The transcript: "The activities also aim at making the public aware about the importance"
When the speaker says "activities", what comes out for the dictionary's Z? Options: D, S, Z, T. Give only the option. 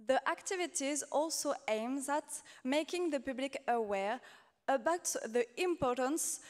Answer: Z